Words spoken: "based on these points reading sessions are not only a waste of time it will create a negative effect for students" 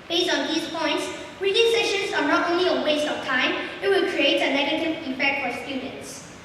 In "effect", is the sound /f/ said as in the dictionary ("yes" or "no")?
no